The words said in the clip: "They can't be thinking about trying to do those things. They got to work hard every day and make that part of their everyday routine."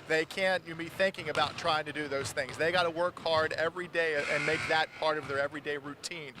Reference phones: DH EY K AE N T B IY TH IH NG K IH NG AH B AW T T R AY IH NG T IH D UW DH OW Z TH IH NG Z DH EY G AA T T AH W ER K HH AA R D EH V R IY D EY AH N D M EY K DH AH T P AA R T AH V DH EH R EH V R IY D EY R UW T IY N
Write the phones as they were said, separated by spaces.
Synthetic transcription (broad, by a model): DH EY K AE N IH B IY TH IH NG K IH NG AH B AW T T R AY IH NG T IH D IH DH OW Z TH IH NG Z DH EY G AA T T AH W ER K HH AA R D EH V R IY D EY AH N M EY K DH AH T P AA R T AH V DH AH R EH V R IY D EY R UW T IY N